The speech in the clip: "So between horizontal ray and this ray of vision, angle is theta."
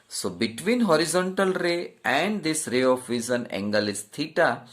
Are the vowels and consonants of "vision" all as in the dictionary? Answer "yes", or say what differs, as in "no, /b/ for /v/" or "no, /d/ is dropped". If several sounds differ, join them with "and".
no, /z/ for /ʒ/